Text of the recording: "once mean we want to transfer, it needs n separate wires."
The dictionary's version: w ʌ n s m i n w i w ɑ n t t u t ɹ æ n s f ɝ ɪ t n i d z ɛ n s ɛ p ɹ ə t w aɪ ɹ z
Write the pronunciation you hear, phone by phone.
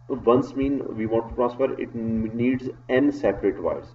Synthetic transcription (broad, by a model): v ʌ n s m i n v i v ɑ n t t u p ɹ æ s p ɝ ɪ t n i d z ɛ n s ɛ p ɹ ə t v aɪ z